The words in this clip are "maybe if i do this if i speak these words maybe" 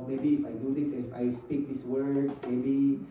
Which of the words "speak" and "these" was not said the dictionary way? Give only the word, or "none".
these